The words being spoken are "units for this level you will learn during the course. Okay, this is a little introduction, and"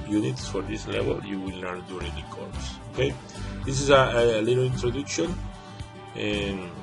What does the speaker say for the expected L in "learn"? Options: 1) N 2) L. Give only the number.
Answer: 1